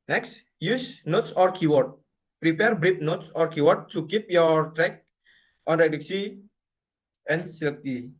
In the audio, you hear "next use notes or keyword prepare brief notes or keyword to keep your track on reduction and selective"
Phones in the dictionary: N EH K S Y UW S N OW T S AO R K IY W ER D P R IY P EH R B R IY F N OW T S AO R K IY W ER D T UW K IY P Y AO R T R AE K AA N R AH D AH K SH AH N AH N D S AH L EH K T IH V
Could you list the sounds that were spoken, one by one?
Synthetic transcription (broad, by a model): N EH K S Y UW S N OW T S AO R K IY W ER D P R IY P EH R B R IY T N OW T S AO R K IY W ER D T UW K IY P Y AO R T R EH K AA N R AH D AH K S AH AH N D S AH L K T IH